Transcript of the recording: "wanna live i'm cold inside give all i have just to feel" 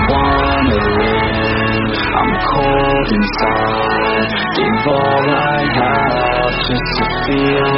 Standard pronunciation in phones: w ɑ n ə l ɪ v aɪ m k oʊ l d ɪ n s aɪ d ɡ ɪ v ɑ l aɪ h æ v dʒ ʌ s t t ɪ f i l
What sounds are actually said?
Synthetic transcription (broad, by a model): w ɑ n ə w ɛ aɪ m k oʊ l d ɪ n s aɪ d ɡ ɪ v ɑ l aɪ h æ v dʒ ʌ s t t ɪ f i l